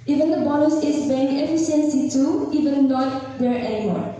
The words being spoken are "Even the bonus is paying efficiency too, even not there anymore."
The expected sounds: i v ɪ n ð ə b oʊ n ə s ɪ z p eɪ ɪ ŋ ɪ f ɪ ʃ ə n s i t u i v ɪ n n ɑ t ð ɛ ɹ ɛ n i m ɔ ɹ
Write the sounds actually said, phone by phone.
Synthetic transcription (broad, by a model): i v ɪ n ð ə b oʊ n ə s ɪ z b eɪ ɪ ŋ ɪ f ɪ s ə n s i t u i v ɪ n n ɑ t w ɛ ɹ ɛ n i m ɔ ɹ